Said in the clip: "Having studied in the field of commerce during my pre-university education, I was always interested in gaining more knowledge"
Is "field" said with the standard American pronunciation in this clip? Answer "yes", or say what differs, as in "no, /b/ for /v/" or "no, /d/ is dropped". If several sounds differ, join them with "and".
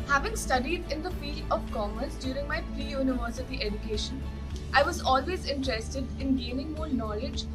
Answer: no, /d/ is dropped